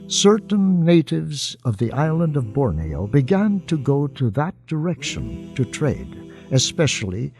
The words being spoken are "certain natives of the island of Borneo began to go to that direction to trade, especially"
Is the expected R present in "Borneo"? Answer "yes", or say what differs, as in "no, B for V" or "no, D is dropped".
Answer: yes